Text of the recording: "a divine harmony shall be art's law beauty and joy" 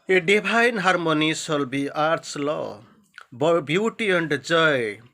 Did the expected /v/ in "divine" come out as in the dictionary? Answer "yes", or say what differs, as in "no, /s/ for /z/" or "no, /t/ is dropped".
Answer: no, /b/ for /v/